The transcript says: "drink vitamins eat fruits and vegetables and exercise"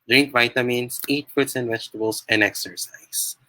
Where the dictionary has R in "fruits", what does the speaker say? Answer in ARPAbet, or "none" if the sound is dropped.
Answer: none